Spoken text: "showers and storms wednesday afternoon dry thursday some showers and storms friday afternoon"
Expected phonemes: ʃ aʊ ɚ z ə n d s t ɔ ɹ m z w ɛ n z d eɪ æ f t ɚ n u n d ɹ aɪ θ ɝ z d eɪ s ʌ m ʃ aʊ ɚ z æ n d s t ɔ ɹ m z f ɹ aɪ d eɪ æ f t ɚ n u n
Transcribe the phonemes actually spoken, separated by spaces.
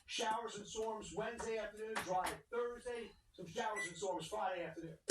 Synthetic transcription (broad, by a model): ʃ aʊ ɚ z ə n s ɔ ɹ m z w ɛ n z d eɪ æ f t ɚ n u n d ɹ aɪ θ ɝ z d eɪ s ʌ m ʃ aʊ ɚ z n s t ɔ ɹ m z f ɹ aɪ d eɪ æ f t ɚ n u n